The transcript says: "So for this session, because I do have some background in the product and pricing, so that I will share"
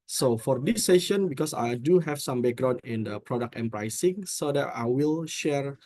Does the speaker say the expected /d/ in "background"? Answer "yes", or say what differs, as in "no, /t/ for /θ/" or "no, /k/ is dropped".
no, /d/ is dropped